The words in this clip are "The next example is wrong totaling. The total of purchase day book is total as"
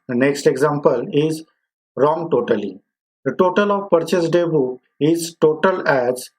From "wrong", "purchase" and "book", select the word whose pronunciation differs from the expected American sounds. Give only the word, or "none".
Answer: book